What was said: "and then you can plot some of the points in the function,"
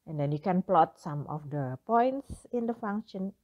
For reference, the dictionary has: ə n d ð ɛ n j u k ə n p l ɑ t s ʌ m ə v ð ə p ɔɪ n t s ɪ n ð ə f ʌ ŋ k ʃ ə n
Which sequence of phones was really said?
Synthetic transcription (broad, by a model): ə n d ɛ n j u k ə n p l ɑ t s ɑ m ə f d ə p ɔɪ n t s ɪ n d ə f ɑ ŋ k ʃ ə n